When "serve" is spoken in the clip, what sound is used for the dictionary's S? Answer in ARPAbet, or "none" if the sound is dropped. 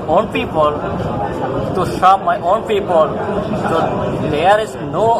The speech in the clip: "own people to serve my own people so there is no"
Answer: SH